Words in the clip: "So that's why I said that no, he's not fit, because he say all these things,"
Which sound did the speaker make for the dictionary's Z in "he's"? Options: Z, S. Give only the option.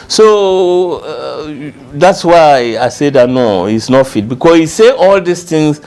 S